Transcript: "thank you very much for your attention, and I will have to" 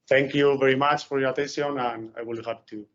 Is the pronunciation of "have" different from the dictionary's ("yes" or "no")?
yes